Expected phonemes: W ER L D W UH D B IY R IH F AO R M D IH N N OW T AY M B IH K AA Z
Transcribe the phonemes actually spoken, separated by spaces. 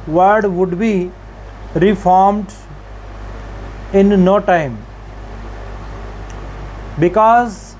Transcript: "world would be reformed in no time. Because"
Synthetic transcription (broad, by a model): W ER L D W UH D B IY R IH F AO R M D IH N N OW T AY M B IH K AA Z